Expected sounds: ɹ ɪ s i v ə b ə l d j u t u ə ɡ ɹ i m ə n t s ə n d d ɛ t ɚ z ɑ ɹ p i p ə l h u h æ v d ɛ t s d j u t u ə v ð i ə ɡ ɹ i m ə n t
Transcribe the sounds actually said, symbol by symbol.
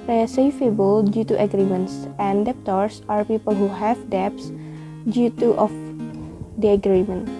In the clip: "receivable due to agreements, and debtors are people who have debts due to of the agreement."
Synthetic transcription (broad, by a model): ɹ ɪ s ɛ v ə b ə l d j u t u ə ɡ ɹ i m ə n t s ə n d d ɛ t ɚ s ɑ ɹ p i p ə l h u h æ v d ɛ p s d j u t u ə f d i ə ɡ ɹ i m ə n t